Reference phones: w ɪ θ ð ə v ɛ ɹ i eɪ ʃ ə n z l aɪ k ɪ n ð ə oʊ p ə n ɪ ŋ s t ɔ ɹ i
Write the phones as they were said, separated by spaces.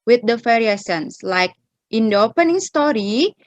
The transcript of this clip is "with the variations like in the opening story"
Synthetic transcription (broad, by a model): w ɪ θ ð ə f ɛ ɹ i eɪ s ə n s l aɪ k ɪ n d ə oʊ p ə n ɪ ŋ s t ɔ ɹ i